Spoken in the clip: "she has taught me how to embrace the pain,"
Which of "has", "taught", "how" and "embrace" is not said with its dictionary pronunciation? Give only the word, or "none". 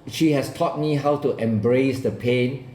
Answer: has